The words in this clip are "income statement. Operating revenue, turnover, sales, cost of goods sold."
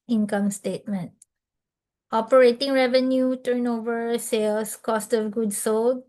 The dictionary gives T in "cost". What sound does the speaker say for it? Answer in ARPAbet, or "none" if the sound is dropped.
T